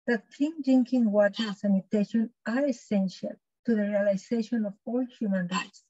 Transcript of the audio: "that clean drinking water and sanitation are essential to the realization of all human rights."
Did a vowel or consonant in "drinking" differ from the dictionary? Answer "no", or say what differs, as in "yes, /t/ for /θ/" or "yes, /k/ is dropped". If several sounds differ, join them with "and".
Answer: yes, /ɹ/ is dropped